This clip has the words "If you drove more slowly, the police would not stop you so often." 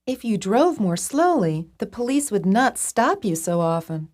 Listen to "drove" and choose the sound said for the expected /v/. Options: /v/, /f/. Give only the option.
/v/